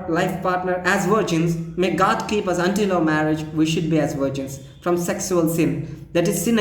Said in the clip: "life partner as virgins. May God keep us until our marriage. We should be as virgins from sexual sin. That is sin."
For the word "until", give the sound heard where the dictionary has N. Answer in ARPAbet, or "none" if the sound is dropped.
N